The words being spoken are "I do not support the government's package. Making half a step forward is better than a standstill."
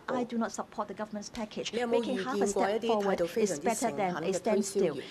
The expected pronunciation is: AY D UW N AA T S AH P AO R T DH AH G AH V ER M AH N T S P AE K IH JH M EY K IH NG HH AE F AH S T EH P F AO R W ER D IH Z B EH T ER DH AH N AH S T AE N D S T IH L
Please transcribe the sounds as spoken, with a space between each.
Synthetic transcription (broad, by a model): AY D UW N AA T S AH P AO T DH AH G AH V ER M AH N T S P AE K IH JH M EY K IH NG HH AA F AH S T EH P F AO W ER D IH S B EH T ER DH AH N AH S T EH N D S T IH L